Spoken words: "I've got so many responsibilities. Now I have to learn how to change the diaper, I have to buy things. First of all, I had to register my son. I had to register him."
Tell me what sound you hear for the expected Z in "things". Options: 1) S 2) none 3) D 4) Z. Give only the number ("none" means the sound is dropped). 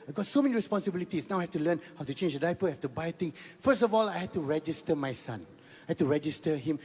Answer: 2